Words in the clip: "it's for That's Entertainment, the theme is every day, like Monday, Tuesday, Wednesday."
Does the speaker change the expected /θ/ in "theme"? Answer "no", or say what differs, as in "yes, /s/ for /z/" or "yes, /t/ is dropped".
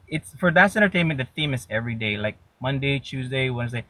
no